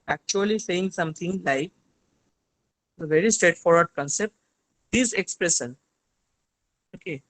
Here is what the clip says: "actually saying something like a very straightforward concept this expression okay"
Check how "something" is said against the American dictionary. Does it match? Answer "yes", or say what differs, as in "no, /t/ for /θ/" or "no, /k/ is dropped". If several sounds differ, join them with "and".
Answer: no, /t/ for /θ/